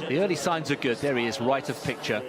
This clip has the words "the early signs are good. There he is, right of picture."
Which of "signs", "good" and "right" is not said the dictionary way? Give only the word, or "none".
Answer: none